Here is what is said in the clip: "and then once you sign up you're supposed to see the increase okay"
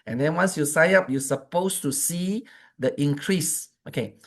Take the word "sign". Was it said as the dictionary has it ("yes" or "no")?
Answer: no